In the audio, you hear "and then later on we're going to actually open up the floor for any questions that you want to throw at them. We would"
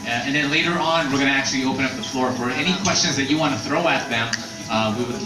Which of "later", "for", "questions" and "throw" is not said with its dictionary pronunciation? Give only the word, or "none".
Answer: none